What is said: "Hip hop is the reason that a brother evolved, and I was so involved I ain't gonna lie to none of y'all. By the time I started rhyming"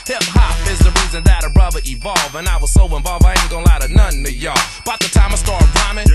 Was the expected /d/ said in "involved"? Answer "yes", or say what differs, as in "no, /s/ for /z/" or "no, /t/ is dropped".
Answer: no, /d/ is dropped